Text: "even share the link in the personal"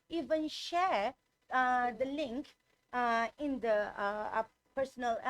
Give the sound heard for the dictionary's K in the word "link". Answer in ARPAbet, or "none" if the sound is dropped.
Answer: K